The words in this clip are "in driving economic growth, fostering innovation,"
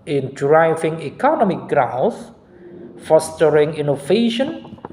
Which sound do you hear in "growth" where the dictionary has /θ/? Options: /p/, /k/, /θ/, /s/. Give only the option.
/s/